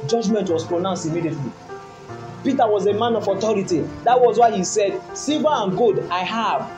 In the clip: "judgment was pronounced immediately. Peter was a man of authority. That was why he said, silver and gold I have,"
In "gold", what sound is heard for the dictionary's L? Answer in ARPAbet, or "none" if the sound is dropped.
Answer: none